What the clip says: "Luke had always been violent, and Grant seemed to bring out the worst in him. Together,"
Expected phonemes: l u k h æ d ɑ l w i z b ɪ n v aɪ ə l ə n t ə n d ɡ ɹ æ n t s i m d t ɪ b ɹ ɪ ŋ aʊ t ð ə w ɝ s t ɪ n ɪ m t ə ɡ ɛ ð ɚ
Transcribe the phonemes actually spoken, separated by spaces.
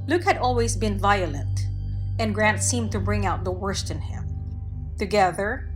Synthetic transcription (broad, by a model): l u k h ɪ d ɑ l w i z b ɪ n v aɪ ə l ə n t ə n ɡ ɹ æ n t s i m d t ɪ b ɹ ɪ ŋ aʊ t ð ə w ɝ s t ɪ n ɪ m t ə ɡ ɛ ð ɚ